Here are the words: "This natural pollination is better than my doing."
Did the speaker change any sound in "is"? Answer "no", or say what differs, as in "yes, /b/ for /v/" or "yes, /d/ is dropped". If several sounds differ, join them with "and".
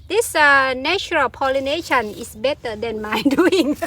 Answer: yes, /s/ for /z/